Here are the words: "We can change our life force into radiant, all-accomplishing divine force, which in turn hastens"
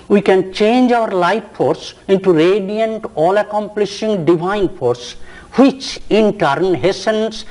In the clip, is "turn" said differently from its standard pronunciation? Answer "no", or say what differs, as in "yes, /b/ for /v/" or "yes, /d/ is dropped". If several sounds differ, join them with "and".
no